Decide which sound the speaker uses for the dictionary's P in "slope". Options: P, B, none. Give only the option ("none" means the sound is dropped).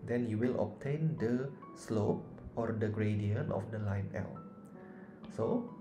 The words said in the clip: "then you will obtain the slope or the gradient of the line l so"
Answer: P